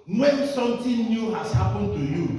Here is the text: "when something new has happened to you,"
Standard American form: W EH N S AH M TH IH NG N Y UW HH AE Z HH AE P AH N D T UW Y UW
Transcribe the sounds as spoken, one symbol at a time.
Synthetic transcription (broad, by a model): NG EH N S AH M T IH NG N Y UW HH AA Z HH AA P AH N T UW Y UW